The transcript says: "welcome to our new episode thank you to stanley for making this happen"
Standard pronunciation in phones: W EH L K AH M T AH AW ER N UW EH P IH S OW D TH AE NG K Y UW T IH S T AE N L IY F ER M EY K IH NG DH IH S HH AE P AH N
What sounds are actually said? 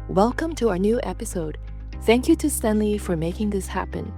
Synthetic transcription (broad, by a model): W EH L K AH M T AH AW ER N UW EH P IH S OW D TH AE NG K Y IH T IH S T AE N L IY F ER M EY K IH NG DH IH S HH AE P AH N